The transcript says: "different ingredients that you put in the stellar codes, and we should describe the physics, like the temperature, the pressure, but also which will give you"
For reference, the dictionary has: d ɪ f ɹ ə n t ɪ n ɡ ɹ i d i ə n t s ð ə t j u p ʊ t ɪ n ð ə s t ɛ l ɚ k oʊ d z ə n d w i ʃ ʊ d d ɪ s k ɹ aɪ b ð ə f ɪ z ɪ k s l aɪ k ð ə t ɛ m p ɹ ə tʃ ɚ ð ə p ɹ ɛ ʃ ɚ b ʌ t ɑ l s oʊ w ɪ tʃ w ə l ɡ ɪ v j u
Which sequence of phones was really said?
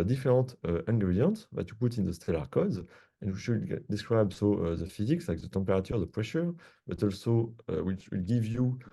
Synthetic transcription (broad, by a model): d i f ɹ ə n t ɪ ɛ ɡ ɹ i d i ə n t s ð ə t j u p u t ɪ n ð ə s t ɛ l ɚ k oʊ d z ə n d w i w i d d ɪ s k ɹ aɪ b ð ə f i z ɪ k s l aɪ k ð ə t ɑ p ɹ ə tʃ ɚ ð ə p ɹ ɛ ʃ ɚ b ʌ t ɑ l s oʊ w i tʃ w ə l ɡ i v j u